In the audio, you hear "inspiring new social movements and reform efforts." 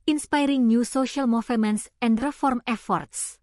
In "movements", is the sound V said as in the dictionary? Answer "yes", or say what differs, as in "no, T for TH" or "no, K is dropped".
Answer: no, F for V